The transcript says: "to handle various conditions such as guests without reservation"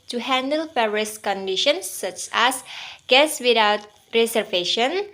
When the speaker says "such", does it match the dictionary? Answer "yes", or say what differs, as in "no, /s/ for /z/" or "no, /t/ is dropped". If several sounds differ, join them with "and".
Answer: yes